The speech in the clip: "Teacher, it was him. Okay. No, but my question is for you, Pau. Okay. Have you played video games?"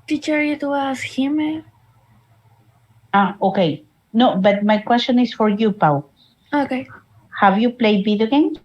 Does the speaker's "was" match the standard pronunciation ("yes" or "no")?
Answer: no